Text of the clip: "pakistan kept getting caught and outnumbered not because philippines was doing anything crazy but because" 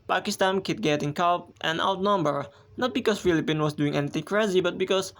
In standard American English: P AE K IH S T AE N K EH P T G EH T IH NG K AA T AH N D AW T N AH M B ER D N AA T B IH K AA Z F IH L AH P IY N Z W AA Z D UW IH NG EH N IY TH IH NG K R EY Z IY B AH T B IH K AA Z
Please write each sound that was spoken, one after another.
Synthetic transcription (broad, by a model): P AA K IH S T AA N K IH T G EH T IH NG K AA T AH N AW T N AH M B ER N AA T B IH K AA S F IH L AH P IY N W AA S D UW IH NG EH N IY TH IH NG K R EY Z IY B AH T B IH K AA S